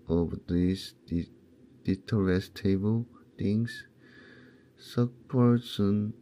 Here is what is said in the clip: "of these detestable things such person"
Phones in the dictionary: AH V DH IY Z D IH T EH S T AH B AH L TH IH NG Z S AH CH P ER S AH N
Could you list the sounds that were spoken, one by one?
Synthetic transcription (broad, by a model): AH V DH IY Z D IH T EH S T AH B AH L T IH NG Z S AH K P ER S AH N